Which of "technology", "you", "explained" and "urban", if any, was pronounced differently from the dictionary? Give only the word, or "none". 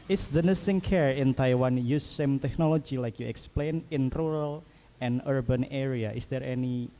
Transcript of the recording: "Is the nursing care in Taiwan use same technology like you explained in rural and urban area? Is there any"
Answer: explained